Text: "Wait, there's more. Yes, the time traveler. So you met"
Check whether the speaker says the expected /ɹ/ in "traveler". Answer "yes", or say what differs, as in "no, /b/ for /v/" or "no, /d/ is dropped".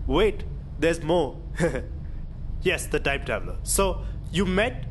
no, /ɹ/ is dropped